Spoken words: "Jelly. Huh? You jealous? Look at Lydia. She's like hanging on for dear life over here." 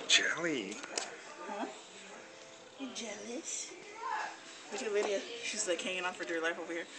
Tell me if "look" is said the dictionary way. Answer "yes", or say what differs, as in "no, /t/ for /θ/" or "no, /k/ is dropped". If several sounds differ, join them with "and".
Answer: no, /w/ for /l/